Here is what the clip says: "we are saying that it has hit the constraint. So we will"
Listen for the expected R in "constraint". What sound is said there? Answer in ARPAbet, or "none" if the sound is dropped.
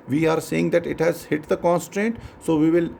R